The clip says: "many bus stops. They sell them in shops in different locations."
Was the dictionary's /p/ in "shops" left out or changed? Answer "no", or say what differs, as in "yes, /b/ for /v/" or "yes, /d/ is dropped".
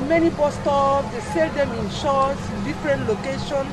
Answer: yes, /p/ is dropped